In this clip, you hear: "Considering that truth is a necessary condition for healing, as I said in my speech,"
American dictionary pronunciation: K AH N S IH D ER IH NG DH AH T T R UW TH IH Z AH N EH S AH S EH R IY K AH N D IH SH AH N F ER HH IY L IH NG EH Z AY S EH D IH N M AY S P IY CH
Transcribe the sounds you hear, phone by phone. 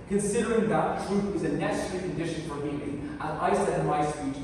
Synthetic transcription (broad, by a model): K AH N S IH D ER IH NG DH AH T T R UW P IH Z AH N EH S AH S EH R IY K AH N D IH SH AH N F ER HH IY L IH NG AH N AY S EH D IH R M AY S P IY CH